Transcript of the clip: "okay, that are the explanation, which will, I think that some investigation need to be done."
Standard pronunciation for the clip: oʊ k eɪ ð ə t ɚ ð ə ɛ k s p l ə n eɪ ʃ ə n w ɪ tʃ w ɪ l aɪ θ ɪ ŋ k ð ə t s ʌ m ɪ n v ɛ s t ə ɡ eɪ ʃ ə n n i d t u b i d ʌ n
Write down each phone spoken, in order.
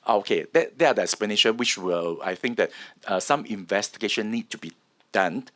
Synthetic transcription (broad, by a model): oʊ k eɪ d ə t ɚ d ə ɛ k s p ə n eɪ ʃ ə w ɪ tʃ w ɪ l aɪ θ ɪ ŋ k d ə t s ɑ m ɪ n v ɛ s t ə ɡ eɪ ʃ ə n n i d t u b i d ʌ n